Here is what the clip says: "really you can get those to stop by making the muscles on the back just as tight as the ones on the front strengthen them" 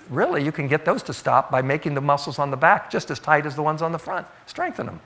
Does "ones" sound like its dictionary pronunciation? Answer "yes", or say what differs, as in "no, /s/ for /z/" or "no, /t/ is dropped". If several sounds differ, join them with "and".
yes